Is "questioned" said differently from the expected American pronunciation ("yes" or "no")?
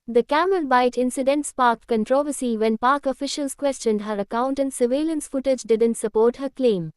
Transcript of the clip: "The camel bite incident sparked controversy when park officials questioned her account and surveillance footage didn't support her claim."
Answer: no